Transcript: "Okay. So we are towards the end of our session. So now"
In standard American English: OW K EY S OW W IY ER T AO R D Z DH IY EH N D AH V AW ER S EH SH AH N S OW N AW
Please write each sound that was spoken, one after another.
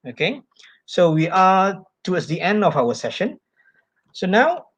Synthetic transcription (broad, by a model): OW K EY S OW W IY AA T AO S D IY EH N D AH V AW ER S EH SH AH N S OW N AW